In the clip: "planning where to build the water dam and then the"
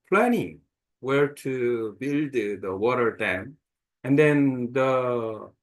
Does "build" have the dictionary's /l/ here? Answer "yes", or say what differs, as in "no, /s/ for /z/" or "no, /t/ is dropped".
yes